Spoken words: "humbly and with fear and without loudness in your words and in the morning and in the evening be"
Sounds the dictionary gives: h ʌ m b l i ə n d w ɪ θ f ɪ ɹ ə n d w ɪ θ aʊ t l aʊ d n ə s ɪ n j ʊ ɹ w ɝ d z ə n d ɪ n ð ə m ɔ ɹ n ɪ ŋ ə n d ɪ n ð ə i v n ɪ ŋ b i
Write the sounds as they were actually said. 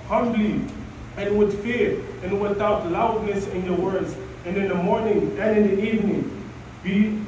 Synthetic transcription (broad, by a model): h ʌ m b l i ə n w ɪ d f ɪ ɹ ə n w ɪ θ aʊ t l aʊ d n ə s ɪ n j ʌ ɹ w ɝ d z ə n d ɪ n ð ə m ɔ ɹ n ɪ ŋ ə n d ɪ n ð ə i v n ɪ ŋ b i